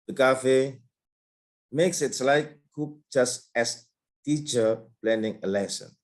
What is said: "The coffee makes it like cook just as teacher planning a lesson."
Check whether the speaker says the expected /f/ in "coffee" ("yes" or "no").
yes